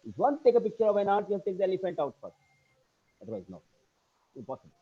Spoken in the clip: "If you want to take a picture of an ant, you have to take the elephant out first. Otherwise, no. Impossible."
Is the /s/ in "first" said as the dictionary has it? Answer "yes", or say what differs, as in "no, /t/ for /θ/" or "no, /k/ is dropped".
no, /s/ is dropped